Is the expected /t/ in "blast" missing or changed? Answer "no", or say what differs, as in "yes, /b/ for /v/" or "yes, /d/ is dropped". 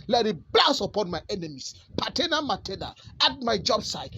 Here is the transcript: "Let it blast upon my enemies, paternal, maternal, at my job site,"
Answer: yes, /t/ is dropped